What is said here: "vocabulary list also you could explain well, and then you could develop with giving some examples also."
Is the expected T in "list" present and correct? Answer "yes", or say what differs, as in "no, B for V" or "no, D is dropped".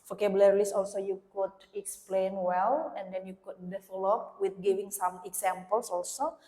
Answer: no, T is dropped